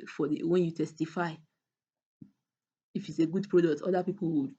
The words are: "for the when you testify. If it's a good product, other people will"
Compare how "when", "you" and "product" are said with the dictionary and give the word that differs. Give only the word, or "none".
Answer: none